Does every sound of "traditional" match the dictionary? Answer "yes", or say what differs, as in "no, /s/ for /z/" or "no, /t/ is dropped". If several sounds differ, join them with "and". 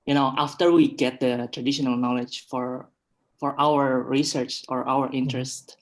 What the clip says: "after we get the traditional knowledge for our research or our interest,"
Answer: yes